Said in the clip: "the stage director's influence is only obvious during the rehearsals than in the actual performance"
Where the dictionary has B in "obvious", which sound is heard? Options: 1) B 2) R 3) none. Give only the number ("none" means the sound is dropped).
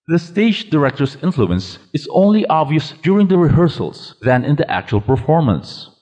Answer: 1